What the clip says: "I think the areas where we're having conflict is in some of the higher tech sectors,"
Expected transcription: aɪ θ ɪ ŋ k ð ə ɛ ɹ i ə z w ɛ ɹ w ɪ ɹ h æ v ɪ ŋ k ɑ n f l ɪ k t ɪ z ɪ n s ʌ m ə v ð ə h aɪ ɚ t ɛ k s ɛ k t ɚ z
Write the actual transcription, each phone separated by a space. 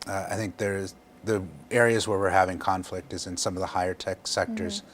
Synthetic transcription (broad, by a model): aɪ θ ɪ ŋ k ð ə ɛ ɹ i ə z w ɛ ɹ w ɪ ɹ h æ v ɪ ŋ k ɑ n f l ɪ k t ɪ z ɪ n s ʌ m ə v ð ə h aɪ ɚ t ɛ k s ɛ k t ɚ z